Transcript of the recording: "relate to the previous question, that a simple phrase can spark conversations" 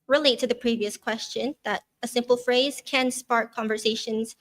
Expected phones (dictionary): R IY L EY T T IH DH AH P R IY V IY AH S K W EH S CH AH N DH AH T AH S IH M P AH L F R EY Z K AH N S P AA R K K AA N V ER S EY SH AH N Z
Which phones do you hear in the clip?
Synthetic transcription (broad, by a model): R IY L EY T T IH DH AH P R IY V IY AH S K W EH S CH AH N DH AH T AH S IH M P AH L F R EY Z K AH N S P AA R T K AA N V ER S EY SH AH N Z